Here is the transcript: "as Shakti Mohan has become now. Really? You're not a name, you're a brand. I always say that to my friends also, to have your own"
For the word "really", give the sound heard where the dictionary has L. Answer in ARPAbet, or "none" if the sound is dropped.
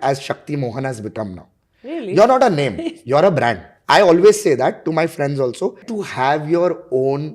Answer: none